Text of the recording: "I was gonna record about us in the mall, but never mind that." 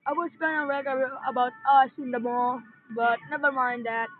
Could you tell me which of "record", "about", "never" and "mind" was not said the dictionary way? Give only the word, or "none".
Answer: record